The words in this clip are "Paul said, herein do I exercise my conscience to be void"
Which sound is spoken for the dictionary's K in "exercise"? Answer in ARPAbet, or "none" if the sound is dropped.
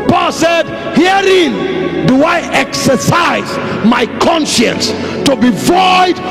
K